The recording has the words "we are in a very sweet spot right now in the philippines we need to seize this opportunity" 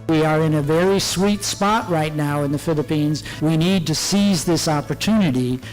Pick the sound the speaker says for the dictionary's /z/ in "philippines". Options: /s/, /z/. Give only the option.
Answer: /z/